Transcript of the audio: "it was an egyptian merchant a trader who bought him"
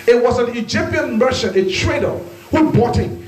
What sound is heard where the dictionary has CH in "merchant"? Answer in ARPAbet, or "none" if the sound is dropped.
SH